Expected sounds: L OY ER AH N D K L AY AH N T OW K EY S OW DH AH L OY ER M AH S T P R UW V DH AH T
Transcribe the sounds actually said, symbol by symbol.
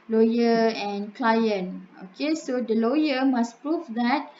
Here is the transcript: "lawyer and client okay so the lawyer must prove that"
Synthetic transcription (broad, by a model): L OY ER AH N K L AY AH N OW K EY S OW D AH L OY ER M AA S P R UW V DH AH T